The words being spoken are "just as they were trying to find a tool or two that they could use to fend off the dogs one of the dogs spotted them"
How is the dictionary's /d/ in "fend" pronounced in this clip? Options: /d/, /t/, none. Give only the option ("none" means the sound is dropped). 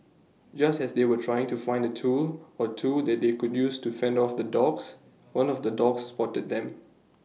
/d/